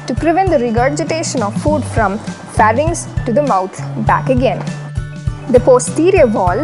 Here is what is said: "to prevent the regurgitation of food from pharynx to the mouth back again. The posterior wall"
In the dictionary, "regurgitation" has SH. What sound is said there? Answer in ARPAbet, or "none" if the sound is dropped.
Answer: SH